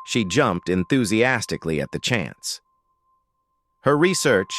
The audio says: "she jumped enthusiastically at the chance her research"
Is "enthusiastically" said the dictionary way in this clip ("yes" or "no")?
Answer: yes